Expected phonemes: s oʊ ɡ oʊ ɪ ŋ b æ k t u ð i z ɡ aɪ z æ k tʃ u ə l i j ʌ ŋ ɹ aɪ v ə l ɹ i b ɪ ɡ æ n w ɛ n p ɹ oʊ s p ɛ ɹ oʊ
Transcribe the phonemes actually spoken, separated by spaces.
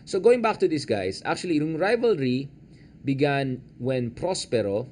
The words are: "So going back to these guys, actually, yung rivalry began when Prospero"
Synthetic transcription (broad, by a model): s oʊ ɡ oʊ ɪ ŋ b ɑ k t u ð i s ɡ aɪ s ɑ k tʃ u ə l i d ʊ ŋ ɹ aɪ v ə l ɹ i b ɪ ɡ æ n w ɛ n p ɹ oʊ s p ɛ ɹ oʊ